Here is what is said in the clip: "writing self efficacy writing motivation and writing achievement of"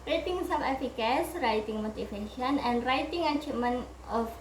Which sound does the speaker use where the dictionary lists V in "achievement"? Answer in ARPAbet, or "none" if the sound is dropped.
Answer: none